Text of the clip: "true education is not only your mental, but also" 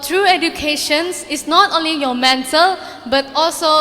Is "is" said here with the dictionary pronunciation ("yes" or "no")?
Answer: no